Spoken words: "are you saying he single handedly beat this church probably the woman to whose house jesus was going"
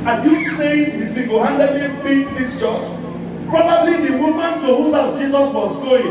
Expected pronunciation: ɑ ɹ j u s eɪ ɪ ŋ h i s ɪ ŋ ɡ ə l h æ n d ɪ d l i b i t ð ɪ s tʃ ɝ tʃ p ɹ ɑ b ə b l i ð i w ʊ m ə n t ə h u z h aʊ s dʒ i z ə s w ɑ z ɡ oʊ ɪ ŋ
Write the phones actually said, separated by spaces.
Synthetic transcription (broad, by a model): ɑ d j u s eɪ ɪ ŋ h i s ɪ ɡ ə h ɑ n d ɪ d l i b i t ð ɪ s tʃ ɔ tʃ p ɹ ɑ b ə b l i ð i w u m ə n t ə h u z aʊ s dʒ i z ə s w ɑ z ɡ oʊ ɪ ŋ